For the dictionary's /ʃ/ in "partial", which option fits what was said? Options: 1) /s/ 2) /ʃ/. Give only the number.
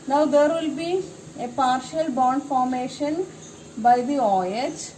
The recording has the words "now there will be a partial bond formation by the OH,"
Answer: 2